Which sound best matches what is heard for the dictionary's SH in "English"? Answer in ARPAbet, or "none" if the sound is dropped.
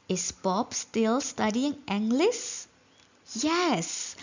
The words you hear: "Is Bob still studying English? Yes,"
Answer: S